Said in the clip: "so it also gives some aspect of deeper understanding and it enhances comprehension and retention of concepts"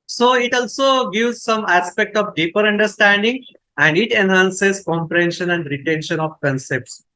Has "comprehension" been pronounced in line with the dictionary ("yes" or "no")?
yes